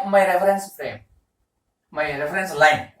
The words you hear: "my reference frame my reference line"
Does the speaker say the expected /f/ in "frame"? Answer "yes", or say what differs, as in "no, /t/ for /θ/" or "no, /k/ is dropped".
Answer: no, /p/ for /f/